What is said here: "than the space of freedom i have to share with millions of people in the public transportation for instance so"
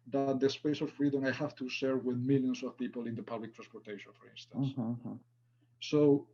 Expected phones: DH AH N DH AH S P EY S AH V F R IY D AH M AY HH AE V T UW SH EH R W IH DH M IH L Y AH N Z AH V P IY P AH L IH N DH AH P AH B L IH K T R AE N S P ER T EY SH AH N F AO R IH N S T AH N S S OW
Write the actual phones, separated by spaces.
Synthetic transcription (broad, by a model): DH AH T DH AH S P EY S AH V F R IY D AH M AY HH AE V T UW S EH R W IH DH M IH L Y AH N S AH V P IY P AH L IH N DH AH P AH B L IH K T R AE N S P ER T EY SH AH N F AO R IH N S T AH N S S OW